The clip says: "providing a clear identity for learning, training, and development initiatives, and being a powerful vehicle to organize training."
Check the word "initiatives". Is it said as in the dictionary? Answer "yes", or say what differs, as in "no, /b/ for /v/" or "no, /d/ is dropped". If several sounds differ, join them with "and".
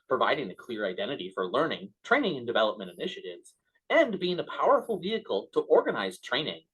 yes